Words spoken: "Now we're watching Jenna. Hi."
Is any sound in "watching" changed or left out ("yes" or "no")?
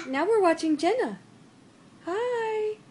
no